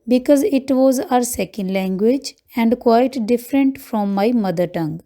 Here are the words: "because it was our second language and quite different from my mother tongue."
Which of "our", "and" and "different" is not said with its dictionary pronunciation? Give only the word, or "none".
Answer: none